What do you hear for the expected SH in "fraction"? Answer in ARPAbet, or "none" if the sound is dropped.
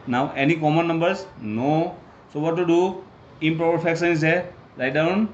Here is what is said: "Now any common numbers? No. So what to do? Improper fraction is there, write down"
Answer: S